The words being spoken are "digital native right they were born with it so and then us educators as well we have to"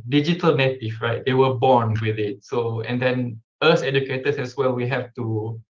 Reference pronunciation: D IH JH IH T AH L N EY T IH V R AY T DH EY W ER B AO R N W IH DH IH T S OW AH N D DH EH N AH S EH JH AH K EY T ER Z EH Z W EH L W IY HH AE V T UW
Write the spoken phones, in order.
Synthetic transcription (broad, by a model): D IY JH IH T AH L N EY T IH F R AY T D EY W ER B AO N W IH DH IH T S OW AH N D EH N AH S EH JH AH K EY T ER S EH S W EH L W IY HH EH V T UW